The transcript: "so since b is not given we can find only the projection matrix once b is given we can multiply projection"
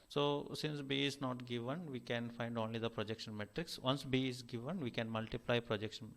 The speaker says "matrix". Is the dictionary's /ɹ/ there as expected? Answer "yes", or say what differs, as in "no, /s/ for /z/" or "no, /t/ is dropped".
yes